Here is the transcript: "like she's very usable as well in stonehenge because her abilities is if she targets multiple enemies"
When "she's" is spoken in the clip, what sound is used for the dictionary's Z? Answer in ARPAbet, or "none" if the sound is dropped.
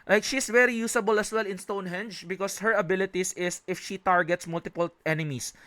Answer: S